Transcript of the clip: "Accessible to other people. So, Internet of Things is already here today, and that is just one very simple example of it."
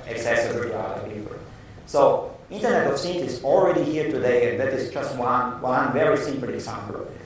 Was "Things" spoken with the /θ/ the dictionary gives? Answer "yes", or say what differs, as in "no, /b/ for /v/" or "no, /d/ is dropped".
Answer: no, /s/ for /θ/